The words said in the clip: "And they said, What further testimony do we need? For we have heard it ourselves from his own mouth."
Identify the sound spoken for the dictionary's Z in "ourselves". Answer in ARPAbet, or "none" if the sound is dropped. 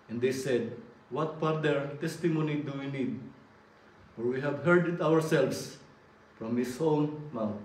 S